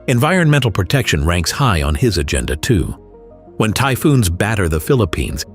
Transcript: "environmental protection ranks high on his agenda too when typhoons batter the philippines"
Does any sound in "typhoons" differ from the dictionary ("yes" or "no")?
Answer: no